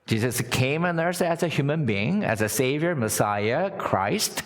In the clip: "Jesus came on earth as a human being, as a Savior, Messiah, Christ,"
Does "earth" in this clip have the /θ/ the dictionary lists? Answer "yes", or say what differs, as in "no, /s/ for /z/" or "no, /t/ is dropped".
no, /s/ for /θ/